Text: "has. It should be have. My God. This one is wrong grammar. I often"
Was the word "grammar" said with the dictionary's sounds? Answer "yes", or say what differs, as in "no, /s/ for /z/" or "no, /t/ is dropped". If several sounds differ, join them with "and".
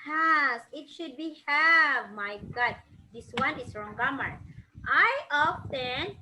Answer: no, /ɹ/ is dropped